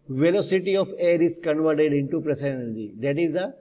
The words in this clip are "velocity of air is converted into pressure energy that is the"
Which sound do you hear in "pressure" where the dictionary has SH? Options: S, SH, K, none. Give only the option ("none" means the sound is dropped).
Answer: S